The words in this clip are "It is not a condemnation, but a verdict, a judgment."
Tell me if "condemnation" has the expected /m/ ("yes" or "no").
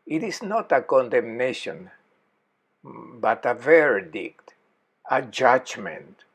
yes